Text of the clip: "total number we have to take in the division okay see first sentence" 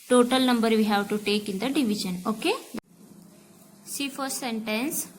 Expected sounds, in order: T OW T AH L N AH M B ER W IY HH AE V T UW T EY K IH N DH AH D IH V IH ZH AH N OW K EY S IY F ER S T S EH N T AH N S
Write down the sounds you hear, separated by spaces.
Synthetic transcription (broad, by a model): T OW T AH L N AH M B ER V IY HH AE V T UW T EY K IH N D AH D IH V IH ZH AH N OW K EY S IY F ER T S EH N T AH N S